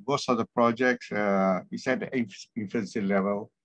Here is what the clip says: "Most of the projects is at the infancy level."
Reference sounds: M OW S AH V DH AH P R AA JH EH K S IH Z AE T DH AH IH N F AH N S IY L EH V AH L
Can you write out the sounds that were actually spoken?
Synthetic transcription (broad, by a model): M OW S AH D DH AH P R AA JH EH K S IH S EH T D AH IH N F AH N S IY L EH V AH L